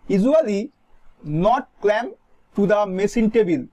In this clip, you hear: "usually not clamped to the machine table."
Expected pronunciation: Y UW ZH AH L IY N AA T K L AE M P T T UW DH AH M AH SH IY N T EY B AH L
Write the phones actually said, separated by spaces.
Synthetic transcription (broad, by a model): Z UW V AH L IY N AA T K L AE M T T UW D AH M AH S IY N T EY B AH L